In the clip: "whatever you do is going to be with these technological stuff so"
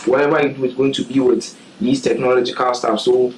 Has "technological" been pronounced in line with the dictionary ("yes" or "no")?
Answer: yes